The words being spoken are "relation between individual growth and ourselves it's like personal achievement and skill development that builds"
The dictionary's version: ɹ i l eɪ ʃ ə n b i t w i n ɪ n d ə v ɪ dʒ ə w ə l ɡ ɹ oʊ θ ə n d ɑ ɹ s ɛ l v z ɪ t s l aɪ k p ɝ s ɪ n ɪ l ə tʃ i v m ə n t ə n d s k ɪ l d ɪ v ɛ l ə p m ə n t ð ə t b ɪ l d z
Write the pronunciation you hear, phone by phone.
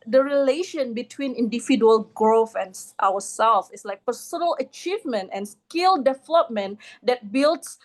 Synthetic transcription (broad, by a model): ɹ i l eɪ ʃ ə n b i t w i n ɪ n d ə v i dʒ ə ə l ɡ ɹ oʊ f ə n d ɑ w s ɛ l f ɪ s l aɪ k p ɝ s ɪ n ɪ l ə tʃ i v m ə n t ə n s k ɪ l d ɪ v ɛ l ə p m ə n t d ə t b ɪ l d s